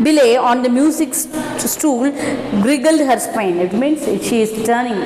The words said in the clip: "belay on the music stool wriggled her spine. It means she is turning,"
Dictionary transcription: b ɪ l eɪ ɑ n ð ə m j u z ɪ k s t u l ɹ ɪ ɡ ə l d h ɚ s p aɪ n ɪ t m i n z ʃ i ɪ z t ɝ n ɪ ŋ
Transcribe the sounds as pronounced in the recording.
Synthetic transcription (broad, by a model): b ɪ l eɪ ɑ n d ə m j u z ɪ k s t u l ɹ ɪ ɡ ə l d h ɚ s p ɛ n ɪ t m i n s ʃ i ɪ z t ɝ n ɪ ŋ